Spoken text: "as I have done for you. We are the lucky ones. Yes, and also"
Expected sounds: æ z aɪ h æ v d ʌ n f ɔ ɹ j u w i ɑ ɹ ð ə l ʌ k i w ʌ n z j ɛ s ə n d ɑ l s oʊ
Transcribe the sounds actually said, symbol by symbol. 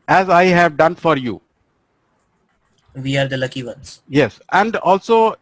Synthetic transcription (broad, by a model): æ z aɪ h æ v d ʌ n f ɔ ɹ j u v i ɑ ɹ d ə l ʌ k i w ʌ n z j ɛ s ə n d ɑ l s oʊ